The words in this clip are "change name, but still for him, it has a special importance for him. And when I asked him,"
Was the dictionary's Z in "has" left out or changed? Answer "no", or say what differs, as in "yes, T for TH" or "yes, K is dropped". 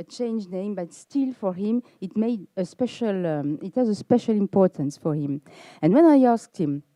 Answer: no